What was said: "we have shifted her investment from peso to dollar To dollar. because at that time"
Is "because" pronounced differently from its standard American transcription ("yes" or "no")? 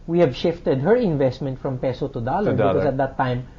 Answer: yes